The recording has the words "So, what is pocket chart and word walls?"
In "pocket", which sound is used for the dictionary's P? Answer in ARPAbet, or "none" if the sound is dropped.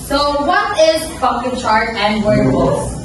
F